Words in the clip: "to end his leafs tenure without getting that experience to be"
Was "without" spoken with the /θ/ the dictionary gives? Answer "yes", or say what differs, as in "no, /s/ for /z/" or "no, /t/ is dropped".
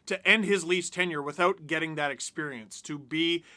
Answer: yes